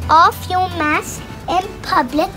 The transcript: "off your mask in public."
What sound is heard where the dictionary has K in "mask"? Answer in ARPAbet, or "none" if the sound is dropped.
none